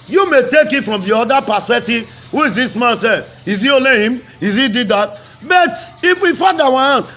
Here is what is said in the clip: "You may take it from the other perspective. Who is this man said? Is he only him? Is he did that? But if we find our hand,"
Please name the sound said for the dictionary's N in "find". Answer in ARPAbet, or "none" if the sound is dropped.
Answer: none